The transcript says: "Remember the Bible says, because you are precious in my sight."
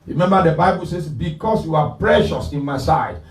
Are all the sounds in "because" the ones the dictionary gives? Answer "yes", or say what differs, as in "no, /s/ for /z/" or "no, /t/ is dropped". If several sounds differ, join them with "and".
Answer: no, /s/ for /z/